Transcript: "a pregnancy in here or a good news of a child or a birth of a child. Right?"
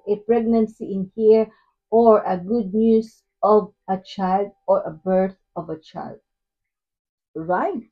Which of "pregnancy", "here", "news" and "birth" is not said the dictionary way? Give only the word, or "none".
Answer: news